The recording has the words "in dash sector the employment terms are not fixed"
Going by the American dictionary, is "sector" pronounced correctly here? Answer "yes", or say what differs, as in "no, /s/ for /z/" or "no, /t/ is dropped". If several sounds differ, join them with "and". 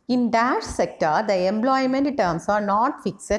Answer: yes